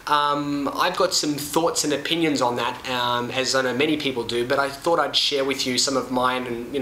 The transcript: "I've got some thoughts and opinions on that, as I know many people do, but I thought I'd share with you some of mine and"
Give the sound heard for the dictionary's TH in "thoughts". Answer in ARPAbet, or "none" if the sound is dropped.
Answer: TH